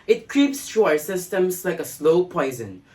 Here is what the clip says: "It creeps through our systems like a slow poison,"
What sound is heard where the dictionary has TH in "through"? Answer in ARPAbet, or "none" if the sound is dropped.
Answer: T